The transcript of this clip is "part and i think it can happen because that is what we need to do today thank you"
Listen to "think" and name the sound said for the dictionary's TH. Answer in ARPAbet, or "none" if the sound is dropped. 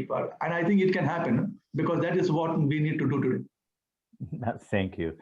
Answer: T